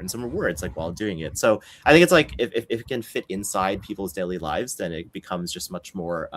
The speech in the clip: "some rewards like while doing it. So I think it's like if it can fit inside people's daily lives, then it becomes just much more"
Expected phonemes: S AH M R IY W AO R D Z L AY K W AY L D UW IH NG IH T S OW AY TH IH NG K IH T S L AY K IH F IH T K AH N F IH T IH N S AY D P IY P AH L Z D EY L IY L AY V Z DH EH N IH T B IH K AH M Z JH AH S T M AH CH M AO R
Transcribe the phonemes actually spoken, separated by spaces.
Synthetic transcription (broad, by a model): S AH M R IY W AO R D S L AY K W AY L D UW IH NG IH T S OW AY TH IH NG K IH T S L AY K IH F IH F K AH N F IH T IH N S AY D P IY P L Z D EY L IY L AY V Z DH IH N IH T B IH K AH M Z JH AH S T M AH CH M AO R